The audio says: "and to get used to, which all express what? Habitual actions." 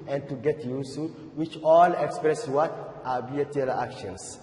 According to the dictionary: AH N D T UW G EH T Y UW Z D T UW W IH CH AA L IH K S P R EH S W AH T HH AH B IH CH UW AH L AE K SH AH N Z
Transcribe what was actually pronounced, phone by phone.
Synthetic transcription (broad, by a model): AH N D T UW G EH T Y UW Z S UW W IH CH AA L IH K S P R EH S W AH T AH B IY UW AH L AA K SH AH N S